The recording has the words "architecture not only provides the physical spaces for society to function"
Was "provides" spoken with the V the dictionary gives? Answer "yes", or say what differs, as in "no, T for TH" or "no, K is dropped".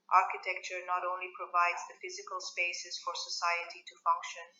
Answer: yes